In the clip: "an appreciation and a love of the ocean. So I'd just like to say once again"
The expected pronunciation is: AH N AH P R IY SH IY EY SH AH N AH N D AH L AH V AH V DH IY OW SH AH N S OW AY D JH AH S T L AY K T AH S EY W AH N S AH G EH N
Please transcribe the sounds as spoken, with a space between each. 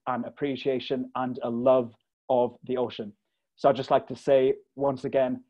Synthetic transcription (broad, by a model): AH N AH P R IY SH IY EY SH AH N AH N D AH L AH V AH V DH IY OW SH AH N S OW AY JH AH S T L AY K T AH S EY W AH N S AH G EH N